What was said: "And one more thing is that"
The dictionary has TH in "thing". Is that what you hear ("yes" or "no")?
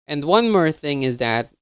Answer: yes